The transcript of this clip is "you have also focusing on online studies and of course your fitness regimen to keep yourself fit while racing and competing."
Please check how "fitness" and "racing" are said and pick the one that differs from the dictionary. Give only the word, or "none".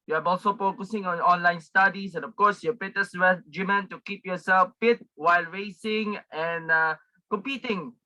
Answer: fitness